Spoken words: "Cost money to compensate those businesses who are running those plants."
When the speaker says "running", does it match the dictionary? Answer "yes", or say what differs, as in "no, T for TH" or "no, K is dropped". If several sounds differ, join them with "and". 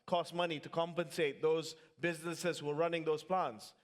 yes